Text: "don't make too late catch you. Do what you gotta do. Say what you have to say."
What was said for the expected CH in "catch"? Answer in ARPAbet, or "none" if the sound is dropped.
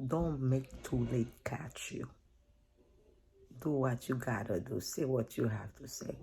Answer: CH